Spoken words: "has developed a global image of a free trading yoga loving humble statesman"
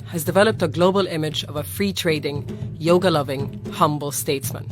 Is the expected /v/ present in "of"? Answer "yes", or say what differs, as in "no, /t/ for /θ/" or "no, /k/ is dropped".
yes